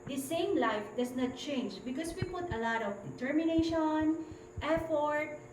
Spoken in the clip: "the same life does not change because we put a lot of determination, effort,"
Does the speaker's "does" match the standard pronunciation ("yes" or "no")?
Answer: no